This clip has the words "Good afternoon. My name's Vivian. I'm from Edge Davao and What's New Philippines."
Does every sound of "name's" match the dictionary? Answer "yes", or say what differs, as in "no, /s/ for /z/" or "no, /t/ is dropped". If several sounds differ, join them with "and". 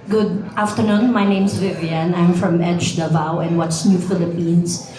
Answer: no, /s/ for /z/